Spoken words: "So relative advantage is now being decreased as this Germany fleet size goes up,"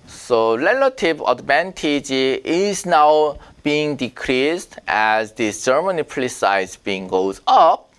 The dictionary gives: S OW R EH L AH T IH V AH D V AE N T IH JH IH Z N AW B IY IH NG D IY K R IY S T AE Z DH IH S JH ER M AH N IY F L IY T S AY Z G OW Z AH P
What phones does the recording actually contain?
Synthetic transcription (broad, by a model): S OW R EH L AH T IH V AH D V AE N T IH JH IH Z N AW B IY IH NG D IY K R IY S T AE Z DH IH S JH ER M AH N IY P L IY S AY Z G OW Z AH P